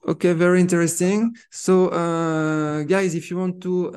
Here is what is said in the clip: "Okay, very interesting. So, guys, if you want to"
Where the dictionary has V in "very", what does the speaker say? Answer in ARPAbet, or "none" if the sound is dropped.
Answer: V